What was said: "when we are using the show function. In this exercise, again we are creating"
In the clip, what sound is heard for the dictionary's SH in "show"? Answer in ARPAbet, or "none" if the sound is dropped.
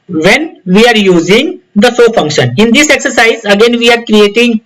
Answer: S